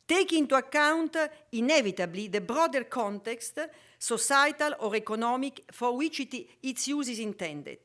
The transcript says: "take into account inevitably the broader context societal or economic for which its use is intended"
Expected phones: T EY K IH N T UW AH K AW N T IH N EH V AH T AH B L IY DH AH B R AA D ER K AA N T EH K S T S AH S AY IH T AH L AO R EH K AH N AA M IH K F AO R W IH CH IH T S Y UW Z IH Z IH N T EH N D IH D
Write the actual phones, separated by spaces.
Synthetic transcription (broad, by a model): T EY K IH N T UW AH K AW N T IH N EH V AH T AH B L IY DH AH B R AA D ER K AA N T EH K S T S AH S AY T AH L AO R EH K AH N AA M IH K F AO R W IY CH IH T S Y UW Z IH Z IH N T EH N D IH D